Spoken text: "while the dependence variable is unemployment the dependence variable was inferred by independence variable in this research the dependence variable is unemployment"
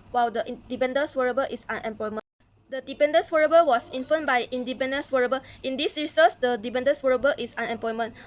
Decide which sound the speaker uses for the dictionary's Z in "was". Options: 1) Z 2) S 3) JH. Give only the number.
2